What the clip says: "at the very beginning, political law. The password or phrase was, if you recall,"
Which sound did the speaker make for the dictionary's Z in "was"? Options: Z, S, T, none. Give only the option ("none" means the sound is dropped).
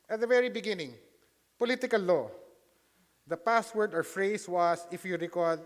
S